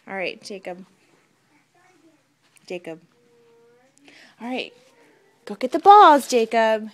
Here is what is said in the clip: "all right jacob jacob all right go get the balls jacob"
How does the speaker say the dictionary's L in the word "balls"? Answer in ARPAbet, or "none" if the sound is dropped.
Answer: none